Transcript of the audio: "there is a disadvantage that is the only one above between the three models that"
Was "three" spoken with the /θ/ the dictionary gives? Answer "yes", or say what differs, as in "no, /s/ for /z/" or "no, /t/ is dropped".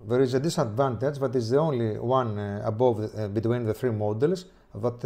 yes